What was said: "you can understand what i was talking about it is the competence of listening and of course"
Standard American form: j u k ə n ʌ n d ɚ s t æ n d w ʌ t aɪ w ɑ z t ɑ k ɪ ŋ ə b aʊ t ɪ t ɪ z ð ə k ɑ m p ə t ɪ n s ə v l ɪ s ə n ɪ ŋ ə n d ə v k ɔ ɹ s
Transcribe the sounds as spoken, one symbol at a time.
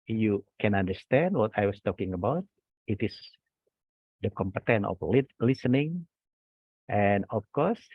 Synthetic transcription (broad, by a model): j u k ə n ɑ n d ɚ s t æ n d w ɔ t aɪ w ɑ s t ɑ k ɪ ŋ ə b aʊ t ɪ t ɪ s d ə k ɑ m p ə t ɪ n ə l l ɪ s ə n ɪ ŋ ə n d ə f k ɔ ɹ s